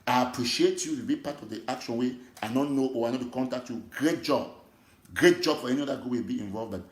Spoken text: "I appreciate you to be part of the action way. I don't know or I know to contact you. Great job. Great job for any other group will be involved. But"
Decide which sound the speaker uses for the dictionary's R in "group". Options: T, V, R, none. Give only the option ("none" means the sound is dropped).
none